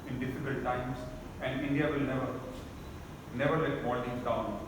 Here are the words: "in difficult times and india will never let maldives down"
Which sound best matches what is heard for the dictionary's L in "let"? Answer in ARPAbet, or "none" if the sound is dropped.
N